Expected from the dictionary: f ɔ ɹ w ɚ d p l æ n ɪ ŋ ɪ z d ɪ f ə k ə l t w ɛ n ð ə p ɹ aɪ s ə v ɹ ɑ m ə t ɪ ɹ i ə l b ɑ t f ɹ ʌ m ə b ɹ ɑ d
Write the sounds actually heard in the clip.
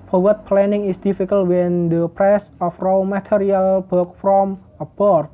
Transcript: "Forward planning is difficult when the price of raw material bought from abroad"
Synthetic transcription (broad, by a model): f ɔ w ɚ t p l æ n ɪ ŋ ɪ s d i f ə k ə l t w ɛ n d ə p ɹ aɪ s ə f ɹ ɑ m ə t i ɹ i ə l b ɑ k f ɹ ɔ m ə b ɹ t